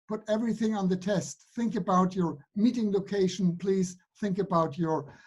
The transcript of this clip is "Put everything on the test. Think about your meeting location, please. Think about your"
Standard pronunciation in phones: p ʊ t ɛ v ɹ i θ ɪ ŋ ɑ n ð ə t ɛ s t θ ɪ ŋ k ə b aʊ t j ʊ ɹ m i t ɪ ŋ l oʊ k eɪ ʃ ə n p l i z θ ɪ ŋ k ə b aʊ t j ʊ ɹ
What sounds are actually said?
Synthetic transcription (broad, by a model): p ʊ t ɛ v ɹ i θ ɪ ŋ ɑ n ð ə t ɛ s t θ ɪ ŋ k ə b aʊ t j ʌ ɹ m i t ɪ ŋ l oʊ k eɪ ʃ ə n p l i z θ ɪ ŋ k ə b aʊ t j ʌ ɹ